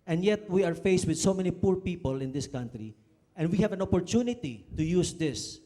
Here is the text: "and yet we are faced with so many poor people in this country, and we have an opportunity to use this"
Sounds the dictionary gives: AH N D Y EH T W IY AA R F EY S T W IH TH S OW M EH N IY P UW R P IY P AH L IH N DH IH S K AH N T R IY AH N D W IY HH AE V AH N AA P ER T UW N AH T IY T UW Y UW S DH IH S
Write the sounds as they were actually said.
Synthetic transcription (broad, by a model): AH N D Y EH T W IY AA R F EY S T W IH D S OW M EH N IY P UW R P IY P AH L IH N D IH S K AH N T R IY AH N D W IY HH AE V AH N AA P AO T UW N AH T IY T UW Y UW S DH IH S